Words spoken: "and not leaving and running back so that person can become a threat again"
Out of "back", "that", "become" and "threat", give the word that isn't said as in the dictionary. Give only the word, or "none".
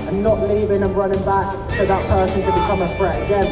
threat